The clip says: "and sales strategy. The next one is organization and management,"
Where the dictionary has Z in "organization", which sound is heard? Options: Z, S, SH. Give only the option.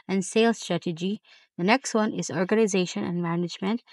Z